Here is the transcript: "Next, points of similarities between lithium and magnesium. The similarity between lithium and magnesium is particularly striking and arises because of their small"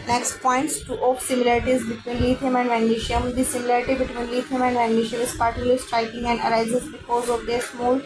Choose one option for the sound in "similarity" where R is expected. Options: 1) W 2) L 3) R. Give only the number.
3